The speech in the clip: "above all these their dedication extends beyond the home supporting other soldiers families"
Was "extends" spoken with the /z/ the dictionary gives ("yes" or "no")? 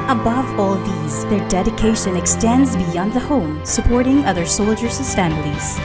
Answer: yes